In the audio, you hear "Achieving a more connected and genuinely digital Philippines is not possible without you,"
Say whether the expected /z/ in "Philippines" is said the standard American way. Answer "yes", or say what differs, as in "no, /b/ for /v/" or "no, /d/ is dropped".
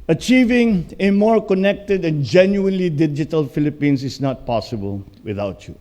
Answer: no, /s/ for /z/